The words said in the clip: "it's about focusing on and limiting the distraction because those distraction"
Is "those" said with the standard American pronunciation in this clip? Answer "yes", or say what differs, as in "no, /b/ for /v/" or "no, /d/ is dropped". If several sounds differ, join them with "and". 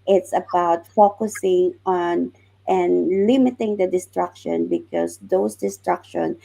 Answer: no, /s/ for /z/